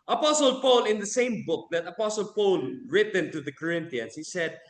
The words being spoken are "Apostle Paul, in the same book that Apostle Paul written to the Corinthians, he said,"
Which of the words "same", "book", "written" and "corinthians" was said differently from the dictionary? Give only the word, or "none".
corinthians